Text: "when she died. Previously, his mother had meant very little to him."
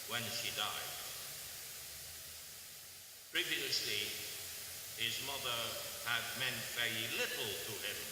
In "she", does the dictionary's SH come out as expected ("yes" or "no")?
yes